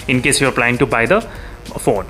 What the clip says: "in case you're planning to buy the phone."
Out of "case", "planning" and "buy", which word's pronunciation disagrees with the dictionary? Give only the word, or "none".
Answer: planning